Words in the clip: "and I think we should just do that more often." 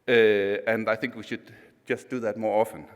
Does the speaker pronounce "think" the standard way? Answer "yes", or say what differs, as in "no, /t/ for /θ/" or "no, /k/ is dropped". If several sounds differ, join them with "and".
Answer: yes